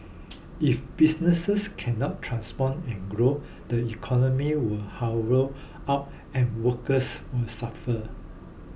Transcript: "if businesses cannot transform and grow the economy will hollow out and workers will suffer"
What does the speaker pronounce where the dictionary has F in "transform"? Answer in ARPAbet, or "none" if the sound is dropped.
P